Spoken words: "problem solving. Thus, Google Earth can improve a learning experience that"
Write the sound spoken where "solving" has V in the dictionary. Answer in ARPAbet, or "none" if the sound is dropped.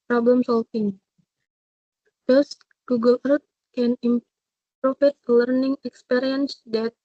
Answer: F